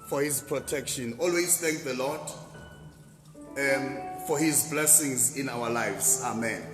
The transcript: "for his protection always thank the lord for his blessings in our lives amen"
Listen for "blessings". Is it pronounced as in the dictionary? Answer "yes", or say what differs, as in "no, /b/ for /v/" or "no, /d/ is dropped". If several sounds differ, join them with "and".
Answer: yes